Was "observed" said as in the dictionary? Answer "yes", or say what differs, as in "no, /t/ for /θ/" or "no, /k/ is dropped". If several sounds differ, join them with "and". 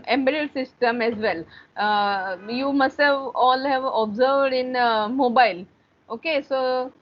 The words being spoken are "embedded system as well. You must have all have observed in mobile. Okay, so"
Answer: yes